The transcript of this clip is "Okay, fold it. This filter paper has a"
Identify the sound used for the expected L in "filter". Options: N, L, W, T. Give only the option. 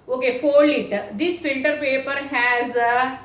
N